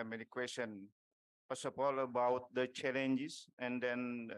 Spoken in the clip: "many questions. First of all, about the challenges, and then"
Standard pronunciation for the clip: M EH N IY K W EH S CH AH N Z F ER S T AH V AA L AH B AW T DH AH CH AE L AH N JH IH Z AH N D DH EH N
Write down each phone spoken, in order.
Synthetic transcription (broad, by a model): M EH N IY K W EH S AH N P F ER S AH P AA L AH B AW T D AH CH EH L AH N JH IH S AH N D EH N